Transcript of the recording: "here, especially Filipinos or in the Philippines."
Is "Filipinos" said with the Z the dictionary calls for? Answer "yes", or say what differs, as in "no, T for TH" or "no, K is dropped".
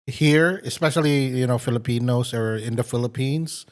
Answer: no, S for Z